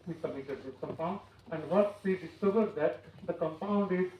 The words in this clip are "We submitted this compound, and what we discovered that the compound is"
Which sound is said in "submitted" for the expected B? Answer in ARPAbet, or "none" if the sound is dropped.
none